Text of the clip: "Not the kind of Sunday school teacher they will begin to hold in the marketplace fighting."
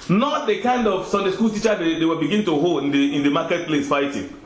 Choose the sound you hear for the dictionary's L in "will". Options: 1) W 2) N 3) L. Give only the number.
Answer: 1